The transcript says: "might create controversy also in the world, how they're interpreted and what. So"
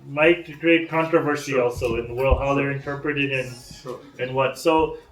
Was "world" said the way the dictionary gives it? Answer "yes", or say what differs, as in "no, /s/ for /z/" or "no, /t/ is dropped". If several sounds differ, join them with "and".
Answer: yes